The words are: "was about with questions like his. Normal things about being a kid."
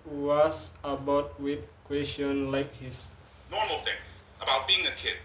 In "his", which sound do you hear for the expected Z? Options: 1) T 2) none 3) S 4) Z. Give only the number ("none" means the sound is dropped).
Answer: 3